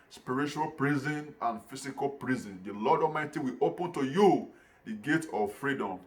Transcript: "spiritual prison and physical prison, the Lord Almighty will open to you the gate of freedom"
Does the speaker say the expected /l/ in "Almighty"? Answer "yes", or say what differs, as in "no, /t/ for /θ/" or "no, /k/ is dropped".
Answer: no, /l/ is dropped